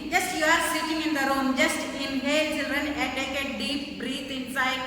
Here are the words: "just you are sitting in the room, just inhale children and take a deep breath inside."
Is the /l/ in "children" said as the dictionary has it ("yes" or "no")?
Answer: no